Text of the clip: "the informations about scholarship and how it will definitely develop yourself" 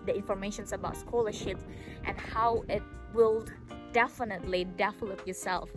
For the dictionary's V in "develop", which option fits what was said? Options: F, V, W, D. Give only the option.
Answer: F